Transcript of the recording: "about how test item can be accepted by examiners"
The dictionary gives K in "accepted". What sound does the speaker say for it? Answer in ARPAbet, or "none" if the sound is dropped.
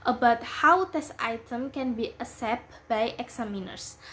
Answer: none